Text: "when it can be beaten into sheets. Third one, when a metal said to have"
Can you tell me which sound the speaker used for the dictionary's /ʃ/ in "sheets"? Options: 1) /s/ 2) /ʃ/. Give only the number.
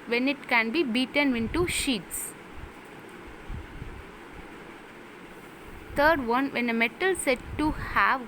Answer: 2